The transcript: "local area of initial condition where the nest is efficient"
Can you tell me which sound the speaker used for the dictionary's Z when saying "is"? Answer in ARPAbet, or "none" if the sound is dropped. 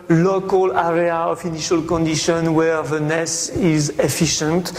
Z